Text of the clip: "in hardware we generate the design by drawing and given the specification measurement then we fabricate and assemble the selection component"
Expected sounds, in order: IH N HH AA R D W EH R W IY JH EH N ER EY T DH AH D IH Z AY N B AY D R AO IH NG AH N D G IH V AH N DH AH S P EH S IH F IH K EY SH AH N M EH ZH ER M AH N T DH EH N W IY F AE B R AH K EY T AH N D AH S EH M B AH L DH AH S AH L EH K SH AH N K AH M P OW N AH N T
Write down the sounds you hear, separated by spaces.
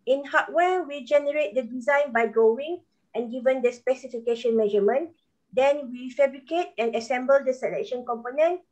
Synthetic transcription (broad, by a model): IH N HH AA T W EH W IY JH EH N ER EY T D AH D IH Z AY N B AY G AO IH NG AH N G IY V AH N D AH S P EH S IH F IH K EY SH AH N M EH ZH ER M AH N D EH N W IY F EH B R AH K EY T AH N AH S EH M B AH L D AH S AH L EH K SH AH N K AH M P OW N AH N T